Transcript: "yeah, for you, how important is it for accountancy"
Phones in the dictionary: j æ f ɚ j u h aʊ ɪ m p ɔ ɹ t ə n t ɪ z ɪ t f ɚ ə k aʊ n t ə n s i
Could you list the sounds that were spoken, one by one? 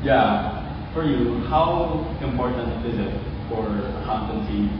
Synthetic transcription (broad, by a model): j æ f ɚ j u h aʊ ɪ m p ɔ ɹ t n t ɪ z ɪ t f ɚ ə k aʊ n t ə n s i